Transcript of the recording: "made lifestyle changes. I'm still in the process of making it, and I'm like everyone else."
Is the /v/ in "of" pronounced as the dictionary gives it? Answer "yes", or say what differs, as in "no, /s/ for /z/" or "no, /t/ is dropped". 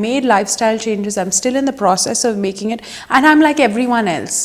yes